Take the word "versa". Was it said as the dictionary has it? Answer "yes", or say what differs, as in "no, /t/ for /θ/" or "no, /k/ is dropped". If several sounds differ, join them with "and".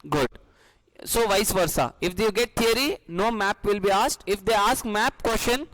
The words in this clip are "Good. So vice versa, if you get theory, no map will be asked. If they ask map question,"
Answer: yes